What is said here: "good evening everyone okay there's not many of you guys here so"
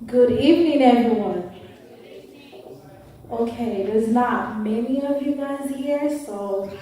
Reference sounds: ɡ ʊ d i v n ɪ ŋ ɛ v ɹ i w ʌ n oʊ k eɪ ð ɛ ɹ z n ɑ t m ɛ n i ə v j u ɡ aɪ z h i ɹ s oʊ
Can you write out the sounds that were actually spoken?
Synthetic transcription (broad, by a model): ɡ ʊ d i v n ɪ ŋ ɛ v ɹ i w ʌ n oʊ k eɪ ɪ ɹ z n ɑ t m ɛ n i ə v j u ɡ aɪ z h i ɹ s oʊ